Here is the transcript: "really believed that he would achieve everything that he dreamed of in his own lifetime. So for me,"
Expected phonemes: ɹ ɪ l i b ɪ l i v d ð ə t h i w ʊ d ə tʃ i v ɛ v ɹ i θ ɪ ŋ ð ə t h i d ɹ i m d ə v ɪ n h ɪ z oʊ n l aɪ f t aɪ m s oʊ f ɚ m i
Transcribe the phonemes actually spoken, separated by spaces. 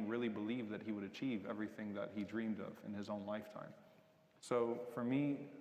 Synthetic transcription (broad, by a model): ɹ ɪ l i b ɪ l i v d ð ə t h i w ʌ d ə tʃ i v ɛ v ɹ i θ ɪ ŋ ð ə t h i d ɹ i m d ə v ɪ n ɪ z oʊ n l aɪ f t aɪ m s oʊ f ɚ m i